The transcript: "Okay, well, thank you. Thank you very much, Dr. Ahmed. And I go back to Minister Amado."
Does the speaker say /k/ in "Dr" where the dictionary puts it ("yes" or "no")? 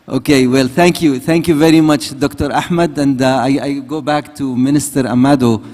yes